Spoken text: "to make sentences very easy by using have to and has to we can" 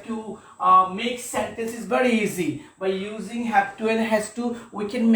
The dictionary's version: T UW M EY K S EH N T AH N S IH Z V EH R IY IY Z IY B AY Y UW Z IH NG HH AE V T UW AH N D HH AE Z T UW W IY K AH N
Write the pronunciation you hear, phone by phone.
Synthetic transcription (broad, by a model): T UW M EY K S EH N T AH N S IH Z V EH R IY IY Z IY B AY Y UW Z IH NG HH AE P T UW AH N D HH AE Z T UW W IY K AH N